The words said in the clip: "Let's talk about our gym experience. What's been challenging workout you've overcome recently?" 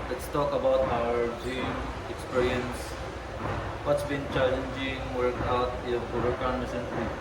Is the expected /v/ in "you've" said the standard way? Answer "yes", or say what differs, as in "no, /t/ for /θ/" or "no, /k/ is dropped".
no, /b/ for /v/